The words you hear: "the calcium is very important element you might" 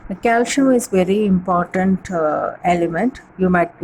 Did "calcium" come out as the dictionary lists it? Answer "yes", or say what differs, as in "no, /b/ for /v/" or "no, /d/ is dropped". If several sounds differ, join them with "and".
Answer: no, /m/ is dropped